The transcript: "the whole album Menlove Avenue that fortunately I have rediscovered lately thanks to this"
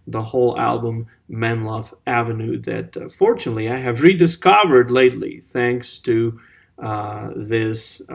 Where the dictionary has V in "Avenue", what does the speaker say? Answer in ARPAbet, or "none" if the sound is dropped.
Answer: V